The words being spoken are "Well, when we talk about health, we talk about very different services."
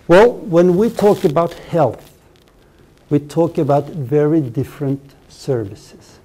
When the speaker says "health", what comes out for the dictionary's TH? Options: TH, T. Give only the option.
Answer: TH